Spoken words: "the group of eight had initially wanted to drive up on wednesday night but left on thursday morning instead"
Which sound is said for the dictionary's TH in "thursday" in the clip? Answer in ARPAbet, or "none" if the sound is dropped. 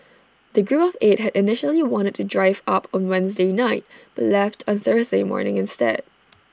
TH